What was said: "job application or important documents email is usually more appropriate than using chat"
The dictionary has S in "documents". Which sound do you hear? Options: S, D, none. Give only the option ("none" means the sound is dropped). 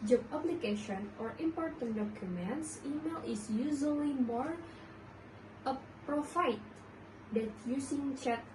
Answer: S